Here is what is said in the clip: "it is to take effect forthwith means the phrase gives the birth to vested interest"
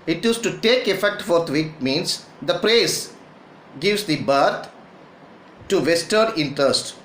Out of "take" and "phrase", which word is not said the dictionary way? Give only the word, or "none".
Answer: phrase